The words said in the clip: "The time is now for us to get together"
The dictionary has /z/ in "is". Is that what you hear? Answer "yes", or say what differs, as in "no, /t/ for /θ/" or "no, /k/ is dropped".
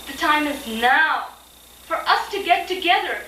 yes